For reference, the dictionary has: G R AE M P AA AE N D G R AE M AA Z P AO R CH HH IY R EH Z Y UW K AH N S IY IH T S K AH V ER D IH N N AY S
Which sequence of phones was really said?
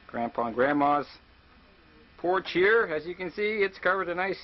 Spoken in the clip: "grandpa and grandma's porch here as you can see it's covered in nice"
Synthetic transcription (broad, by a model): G R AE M P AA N G R AE M AA Z P AO R CH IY R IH Z Y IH K AH N S IY IH T S K AH V ER D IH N N AY S